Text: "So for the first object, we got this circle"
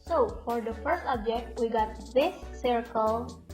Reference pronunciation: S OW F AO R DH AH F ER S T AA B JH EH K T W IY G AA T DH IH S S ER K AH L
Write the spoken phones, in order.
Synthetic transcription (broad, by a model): S OW F AO R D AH F ER S T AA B JH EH K T W IY G AA T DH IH S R K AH L